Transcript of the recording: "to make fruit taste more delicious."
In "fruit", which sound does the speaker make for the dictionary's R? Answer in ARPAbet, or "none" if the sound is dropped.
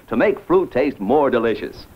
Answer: R